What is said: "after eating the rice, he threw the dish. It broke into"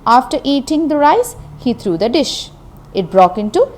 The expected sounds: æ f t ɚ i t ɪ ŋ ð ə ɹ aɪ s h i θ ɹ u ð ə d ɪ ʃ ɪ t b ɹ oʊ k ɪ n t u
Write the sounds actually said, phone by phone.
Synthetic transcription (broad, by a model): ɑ f t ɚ i t ɪ ŋ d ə ɹ aɪ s h i t ɹ u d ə d ɪ ʃ ɪ t b ɹ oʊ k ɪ n t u